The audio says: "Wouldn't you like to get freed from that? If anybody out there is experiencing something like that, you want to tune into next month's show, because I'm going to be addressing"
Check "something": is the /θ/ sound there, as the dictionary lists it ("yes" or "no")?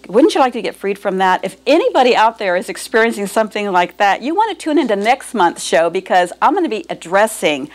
yes